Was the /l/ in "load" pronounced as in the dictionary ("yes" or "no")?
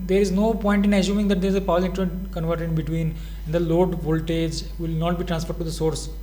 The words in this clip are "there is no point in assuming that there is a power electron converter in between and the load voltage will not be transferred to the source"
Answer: yes